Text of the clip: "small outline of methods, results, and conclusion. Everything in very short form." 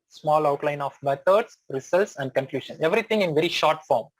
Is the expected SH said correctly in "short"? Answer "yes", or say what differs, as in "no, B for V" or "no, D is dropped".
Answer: yes